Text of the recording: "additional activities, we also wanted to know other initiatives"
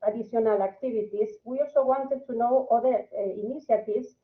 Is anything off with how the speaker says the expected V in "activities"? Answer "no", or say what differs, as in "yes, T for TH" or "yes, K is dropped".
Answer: yes, B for V